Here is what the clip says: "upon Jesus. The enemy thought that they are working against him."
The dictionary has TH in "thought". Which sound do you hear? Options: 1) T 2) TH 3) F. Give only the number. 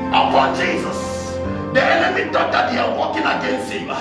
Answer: 1